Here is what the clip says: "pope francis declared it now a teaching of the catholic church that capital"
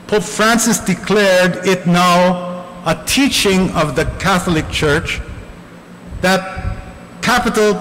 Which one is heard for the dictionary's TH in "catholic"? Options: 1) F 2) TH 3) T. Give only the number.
2